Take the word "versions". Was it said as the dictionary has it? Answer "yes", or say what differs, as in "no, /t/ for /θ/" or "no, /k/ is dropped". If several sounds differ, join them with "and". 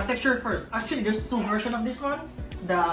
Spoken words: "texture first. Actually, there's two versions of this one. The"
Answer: no, /ʃ/ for /ʒ/ and /z/ is dropped